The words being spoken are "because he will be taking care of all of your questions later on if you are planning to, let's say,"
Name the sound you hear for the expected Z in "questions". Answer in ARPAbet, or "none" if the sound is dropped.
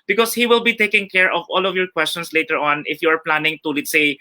S